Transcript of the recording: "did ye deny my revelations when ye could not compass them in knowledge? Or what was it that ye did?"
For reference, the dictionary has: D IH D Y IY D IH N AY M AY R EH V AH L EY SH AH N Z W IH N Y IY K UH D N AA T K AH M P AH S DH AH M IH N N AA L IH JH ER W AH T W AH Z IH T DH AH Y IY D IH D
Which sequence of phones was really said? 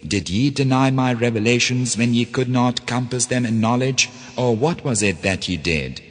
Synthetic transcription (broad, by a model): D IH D Y IY D IH N AY M AY R EH V AH L EY SH AH N Z W IH N Y IY K UH D N AA T K AH M P AH S DH AH M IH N N AA L IH JH ER W AH T W AH Z IH T DH AH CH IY D IH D